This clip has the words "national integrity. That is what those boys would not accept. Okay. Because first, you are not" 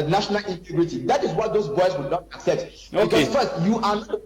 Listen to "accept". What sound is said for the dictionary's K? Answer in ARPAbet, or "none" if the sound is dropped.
K